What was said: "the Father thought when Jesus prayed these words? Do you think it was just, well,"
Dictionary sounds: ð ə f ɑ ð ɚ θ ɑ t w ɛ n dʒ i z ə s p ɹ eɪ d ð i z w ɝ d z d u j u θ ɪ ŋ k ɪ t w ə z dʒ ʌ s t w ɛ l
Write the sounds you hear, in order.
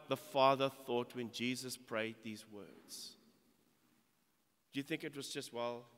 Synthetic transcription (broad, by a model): ð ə f ɑ ð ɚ θ ɑ t w ɛ n dʒ i z ə s p ɹ eɪ d ð i z w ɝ d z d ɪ j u θ ɪ ŋ k ɪ t w ə z dʒ ʌ s t w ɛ l